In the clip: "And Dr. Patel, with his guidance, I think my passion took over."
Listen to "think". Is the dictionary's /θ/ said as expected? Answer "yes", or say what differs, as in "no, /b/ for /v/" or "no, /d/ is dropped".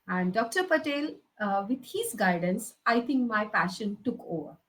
no, /t/ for /θ/